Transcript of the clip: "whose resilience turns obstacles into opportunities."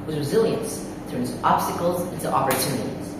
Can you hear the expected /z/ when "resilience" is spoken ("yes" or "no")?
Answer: yes